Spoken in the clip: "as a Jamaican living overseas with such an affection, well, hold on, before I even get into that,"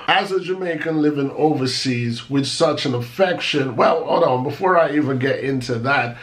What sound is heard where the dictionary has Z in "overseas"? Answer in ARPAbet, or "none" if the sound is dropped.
Z